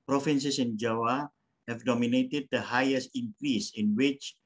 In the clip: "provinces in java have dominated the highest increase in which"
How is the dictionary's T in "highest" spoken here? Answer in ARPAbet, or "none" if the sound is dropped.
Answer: T